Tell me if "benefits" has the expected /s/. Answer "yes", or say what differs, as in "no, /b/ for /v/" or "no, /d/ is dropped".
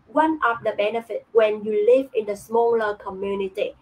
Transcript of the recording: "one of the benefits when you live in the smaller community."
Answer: no, /s/ is dropped